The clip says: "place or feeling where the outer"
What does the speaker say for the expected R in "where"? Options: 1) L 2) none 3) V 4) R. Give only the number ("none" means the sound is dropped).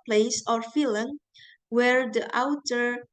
4